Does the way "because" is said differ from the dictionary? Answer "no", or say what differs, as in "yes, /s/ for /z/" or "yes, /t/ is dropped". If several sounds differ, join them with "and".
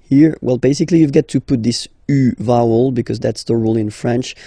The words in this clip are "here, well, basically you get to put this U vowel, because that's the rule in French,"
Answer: no